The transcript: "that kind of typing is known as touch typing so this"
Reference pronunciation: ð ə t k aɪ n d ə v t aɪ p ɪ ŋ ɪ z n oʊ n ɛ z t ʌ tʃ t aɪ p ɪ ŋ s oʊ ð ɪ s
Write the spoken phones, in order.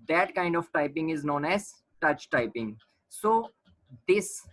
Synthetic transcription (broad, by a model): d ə t k aɪ n d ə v t aɪ p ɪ ŋ ɪ z n oʊ n ɛ z t ʌ tʃ t aɪ p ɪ ŋ s oʊ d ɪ s